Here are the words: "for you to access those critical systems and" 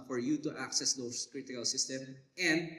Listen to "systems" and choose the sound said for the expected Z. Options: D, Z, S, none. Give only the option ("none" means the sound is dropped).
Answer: none